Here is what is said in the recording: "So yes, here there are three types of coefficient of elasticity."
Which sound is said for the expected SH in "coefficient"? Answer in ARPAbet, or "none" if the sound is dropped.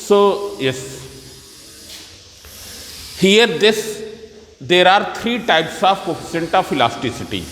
S